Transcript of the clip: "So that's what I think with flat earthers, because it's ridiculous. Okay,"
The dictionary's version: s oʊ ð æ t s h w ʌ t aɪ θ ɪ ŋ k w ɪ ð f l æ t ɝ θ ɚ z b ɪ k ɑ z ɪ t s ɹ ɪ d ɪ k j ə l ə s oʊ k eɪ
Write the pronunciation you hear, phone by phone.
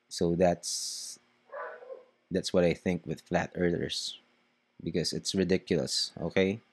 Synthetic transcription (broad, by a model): s oʊ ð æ t s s w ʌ t aɪ θ ɪ ŋ k w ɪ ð f l æ t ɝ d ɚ s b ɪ k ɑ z ɪ t s ɹ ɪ d ɪ k j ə l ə s oʊ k eɪ